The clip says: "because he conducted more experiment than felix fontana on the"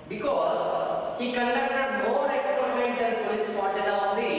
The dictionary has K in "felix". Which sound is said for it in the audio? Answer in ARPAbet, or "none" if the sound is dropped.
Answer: none